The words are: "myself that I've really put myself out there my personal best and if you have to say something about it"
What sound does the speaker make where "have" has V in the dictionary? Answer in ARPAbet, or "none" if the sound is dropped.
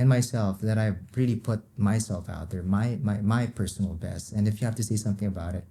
F